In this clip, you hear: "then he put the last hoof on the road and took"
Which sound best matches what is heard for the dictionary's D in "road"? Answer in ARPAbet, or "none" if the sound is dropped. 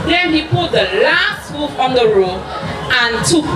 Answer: none